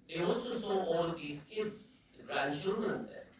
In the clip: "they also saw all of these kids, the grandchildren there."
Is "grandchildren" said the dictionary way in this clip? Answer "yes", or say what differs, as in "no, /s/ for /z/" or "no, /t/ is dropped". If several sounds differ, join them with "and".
no, /ʃ/ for /tʃ/